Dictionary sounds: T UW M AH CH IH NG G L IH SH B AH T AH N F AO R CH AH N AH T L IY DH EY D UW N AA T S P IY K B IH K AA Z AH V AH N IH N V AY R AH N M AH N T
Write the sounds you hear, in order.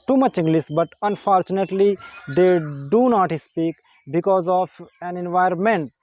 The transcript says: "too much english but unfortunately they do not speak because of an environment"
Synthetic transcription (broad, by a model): T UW M AH CH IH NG G L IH S B AH T AH N F AO R CH AH N AH T L IY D EY D UW N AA T S P IY K B IH K AA Z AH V AH N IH N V AY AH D M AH N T